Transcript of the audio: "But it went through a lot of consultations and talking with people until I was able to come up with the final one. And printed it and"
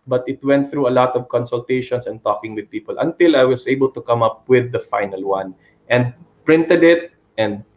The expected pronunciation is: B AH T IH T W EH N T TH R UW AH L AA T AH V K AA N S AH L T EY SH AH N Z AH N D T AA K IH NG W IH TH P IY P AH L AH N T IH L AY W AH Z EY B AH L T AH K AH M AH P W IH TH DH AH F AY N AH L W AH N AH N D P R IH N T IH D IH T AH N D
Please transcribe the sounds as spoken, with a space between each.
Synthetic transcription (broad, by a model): B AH T IH T W EH N T TH R UW AH L AA T AH V K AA N S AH L T EY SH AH N S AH N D T AA K IH NG W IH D P IY P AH L AH N T IH L AY W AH S EY B AH L T AH K AH M AH P W IH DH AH F AY N AH L W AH N AH N D P R IH N T IH D IH T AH N D